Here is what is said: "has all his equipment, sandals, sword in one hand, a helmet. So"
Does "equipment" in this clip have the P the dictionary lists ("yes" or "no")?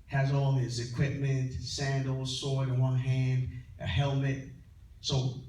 yes